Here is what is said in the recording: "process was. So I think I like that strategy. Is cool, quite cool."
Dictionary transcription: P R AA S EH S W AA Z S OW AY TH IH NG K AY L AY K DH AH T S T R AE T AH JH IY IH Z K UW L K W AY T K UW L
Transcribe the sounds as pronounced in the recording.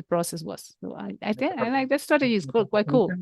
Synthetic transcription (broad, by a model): P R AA S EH S W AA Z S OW AY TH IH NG AY L AY K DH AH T S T AA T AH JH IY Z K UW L K W AY T K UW L